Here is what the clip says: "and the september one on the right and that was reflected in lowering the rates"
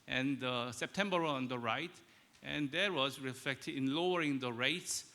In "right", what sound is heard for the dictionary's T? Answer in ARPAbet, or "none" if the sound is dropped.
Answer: T